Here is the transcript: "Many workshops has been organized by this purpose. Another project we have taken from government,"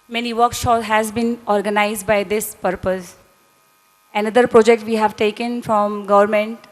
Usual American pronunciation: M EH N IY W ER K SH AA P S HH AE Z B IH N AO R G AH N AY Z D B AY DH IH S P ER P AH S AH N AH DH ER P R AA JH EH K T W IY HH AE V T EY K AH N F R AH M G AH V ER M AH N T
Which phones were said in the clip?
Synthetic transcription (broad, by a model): M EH N IY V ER K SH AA S HH AE Z B IH N AO R G AH N AY Z D B AY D IH S P ER P AH S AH N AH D ER P R AA JH EH K T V IY HH AE V T EY K AH N F R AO M G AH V ER M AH N T